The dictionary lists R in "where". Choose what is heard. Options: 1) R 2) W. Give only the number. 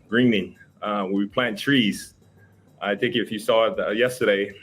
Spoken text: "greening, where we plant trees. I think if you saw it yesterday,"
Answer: 2